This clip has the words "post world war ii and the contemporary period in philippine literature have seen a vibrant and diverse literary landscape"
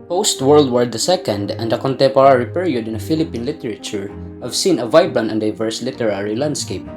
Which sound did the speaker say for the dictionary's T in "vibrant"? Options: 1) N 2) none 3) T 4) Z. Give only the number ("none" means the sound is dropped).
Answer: 2